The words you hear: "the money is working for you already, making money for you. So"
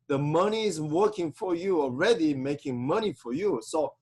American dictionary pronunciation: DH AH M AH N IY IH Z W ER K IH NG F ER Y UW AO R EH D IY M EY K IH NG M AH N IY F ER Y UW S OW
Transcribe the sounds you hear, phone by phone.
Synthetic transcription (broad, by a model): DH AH M AH N IY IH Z W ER K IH NG F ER Y UW AO R EH D IY M EY K IH NG M AH N IY F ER Y UW S OW